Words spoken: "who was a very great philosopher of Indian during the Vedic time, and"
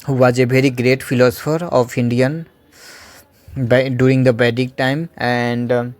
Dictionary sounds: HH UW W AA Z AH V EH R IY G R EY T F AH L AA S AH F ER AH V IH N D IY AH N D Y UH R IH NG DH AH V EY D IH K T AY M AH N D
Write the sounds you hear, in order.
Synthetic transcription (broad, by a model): HH UW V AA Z AH V EH R IY G R EY T F AH L AA S AH F ER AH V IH N D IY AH N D Y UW R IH NG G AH B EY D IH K T AY M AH N D